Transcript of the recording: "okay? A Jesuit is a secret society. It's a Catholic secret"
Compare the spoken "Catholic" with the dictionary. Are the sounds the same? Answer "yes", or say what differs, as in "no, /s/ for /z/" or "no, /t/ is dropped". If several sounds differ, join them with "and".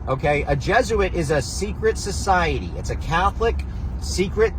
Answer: yes